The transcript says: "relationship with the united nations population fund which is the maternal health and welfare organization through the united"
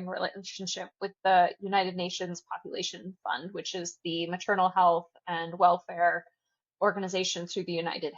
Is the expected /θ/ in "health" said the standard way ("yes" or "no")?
yes